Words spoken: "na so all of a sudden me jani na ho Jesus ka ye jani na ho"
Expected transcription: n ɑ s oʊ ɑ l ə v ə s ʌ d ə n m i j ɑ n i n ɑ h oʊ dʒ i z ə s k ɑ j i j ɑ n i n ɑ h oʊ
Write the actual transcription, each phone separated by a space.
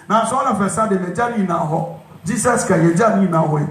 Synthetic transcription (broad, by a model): n ɑ s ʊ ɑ n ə f ə s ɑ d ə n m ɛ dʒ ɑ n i n ɑ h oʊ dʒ i s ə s k ɑ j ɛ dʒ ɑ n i n ɑ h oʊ